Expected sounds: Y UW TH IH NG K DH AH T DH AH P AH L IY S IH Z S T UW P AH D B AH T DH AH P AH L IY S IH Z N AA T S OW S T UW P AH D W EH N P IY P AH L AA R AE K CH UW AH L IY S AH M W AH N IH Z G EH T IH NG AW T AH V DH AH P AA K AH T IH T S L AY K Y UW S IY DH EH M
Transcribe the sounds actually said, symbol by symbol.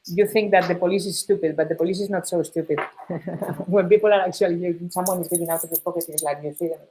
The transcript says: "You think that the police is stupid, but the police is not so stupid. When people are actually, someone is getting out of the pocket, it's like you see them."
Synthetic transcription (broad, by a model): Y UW TH IH NG K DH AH T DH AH P AH L IY S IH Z S T UW P AH D B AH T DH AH P AH L IY S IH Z N AA T S OW S T UW P AH D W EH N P IY P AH L AA R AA K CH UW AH L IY S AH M W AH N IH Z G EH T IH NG AW T AH V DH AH P AA K AH T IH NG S L AY K Y UW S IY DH